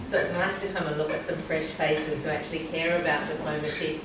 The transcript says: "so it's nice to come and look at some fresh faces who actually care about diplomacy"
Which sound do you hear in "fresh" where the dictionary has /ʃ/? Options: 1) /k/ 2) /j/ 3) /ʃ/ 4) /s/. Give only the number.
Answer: 3